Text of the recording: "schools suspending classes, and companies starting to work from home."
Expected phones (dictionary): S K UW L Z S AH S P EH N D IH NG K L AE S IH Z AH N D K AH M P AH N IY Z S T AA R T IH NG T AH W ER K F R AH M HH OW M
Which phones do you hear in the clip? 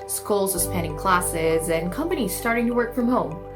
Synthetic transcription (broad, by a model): S K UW L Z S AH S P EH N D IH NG K L AE S IH Z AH N K AH M P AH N IY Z S T AA R T IH NG T AH W ER K F R AH M HH OW M